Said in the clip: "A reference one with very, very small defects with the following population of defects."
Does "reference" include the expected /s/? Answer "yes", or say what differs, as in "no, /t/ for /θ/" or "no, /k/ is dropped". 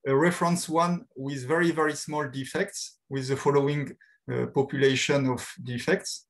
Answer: yes